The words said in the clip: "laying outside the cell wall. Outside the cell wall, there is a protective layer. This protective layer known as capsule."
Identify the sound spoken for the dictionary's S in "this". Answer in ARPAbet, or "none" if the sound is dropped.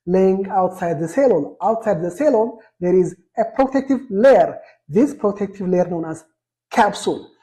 S